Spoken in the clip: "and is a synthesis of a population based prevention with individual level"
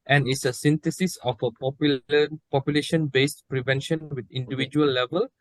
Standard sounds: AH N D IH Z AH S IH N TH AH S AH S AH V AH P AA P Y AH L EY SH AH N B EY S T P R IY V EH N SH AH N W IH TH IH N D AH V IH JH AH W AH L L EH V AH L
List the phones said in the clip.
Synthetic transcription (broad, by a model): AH N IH S AH S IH N T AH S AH S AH P AH P AA P Y AH L EY SH AH N B EY S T P R IY V EH N SH AH N W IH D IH N D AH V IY JH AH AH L L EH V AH L